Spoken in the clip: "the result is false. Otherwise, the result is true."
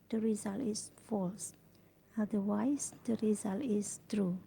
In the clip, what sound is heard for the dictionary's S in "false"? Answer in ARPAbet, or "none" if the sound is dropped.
S